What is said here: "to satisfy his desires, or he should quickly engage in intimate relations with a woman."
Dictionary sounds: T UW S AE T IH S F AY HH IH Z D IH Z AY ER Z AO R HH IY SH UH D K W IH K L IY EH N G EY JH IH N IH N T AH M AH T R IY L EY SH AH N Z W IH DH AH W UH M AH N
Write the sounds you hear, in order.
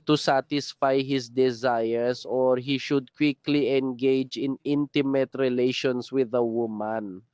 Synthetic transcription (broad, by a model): T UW S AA T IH S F AY HH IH S D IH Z AY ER S AO R HH IY SH UH D K W IH K L IY EH N G EY JH IH N IH N T AH M AH T R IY L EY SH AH N S W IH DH AH W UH M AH N